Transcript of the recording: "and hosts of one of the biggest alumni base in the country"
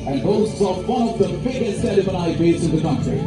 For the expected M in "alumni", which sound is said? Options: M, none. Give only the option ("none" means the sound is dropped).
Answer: none